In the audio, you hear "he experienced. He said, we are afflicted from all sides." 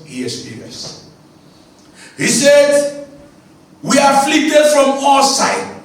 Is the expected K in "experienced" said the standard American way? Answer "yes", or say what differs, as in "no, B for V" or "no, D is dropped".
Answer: no, K is dropped